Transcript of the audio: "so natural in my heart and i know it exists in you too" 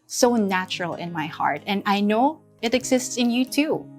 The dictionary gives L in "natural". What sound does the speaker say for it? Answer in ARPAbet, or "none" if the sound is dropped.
L